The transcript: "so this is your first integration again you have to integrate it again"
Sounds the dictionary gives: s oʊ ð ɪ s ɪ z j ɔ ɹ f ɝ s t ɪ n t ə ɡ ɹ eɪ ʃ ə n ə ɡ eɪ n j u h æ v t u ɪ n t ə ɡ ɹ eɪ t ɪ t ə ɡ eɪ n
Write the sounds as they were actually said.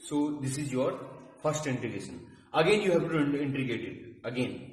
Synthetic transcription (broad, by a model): s oʊ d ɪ s ɪ z j ɔ ɹ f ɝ s t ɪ n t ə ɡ eɪ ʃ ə n ə ɡ eɪ n j u h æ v t u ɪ n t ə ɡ eɪ t ɪ t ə ɡ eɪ n